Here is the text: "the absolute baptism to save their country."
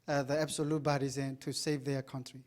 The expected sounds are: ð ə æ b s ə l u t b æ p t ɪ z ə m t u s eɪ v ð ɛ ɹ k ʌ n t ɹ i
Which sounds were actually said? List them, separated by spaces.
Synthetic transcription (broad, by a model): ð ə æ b s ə l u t b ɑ t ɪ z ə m t u s eɪ v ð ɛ k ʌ n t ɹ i